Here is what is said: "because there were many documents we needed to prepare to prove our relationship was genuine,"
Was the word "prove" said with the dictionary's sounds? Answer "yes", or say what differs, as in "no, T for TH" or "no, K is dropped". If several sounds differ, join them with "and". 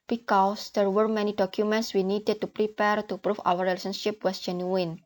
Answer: no, F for V